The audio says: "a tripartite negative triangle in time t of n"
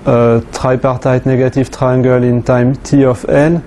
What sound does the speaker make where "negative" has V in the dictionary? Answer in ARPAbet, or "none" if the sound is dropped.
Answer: F